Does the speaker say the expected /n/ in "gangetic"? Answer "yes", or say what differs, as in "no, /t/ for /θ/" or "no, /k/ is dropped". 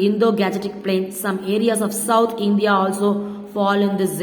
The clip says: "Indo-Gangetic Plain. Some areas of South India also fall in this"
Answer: no, /n/ is dropped